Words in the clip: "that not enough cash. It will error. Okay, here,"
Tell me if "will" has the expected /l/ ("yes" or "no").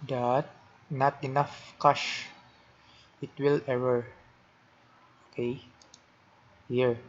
yes